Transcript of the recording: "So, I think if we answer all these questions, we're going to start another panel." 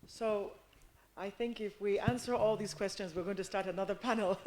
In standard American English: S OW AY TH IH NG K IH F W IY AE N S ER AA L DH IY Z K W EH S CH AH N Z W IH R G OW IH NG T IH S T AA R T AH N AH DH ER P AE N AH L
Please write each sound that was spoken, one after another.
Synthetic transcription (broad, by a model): S OW AY TH IH NG K IH F W IY AE N S ER AA L DH IY Z K W EH S CH AH N Z W IH R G OW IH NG T IH S T AA R T AH N AH DH ER P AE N L